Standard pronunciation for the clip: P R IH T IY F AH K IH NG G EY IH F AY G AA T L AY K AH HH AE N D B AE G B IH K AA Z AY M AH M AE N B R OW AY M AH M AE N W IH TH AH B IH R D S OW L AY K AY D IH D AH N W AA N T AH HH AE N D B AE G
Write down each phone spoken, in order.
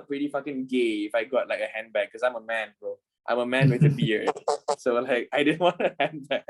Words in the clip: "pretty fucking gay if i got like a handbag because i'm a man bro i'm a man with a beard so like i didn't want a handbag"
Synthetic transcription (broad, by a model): P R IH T IY F AH K IH NG G EY IH F AY G AA T L AY K AH HH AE N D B B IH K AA S AY M AH M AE N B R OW AY M AH M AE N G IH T AH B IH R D S OW L AY K AY D IH D AH N W AA N T AH HH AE N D B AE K